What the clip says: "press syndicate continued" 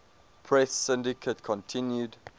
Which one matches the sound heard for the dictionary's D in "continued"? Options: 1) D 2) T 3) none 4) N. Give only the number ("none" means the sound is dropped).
1